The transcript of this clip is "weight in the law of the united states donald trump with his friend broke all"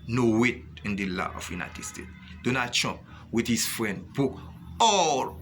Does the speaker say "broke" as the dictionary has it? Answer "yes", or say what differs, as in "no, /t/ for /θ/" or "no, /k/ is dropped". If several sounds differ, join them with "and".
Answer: no, /ɹ/ is dropped